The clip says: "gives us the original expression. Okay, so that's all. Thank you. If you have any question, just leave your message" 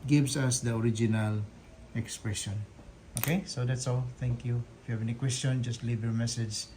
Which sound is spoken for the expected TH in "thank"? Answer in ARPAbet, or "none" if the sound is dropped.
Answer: T